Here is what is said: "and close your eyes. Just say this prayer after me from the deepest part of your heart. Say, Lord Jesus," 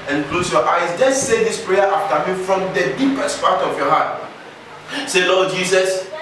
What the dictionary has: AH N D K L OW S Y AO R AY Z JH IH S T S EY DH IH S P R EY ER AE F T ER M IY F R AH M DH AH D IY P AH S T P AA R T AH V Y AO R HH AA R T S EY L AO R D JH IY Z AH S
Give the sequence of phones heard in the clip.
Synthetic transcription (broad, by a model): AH N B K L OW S Y AO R AY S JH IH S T S EY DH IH S P R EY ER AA F T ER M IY F R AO M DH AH D IY P AH S T P AA T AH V Y AO HH AA T S EY L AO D JH IY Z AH S